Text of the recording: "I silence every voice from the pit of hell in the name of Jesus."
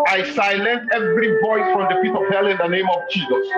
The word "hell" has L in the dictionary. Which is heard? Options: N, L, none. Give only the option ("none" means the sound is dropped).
L